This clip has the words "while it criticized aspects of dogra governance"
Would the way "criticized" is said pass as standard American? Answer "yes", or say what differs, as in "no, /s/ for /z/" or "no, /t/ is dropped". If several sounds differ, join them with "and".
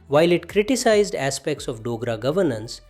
yes